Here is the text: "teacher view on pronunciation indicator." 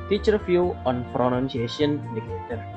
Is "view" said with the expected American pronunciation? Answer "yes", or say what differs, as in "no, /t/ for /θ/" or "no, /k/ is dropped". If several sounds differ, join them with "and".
no, /f/ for /v/